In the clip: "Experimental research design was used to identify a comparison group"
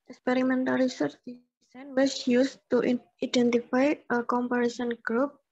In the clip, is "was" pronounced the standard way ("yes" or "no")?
no